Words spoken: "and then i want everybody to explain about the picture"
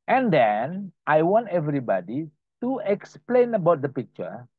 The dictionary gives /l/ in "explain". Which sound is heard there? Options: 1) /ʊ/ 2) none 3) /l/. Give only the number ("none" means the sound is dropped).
3